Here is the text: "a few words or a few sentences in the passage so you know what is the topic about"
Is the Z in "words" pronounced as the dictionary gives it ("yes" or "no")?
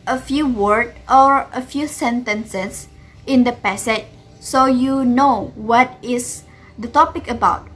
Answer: no